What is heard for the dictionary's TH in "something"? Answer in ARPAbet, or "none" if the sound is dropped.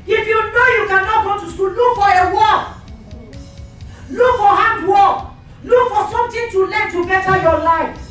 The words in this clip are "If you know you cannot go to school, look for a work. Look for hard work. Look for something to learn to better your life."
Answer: T